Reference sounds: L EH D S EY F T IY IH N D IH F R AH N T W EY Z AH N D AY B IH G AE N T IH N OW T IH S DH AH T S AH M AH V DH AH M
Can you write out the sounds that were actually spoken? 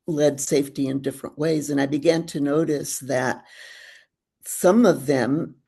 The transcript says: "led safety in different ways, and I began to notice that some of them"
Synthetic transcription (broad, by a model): L EH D S EY F T IY IH N D IH F R AH N T W EY Z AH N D AY B IH G AE N T IH N OW T IH S DH AH T S AH M AH V DH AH M